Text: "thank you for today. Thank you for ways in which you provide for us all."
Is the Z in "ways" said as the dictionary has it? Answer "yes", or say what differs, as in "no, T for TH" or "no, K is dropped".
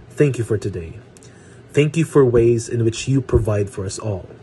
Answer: yes